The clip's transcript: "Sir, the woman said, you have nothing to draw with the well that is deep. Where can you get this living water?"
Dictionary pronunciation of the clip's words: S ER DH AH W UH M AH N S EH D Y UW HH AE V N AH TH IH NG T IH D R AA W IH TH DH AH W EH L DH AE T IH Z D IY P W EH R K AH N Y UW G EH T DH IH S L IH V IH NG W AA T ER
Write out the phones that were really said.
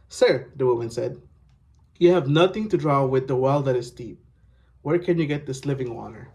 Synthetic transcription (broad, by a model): S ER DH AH W UH M AH N S EH D Y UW HH AE V N AH TH IH NG T IH D R AA W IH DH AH W EH L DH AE T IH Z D IY P W EH R K AH N Y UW G EH T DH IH S L IH V IH NG W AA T ER